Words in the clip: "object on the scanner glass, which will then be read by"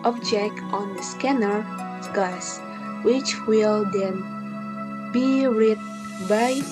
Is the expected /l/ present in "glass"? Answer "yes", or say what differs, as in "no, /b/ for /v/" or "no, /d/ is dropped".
no, /l/ is dropped